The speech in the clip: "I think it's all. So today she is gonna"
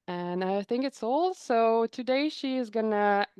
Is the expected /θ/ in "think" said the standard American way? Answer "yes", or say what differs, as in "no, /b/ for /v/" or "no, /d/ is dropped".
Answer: yes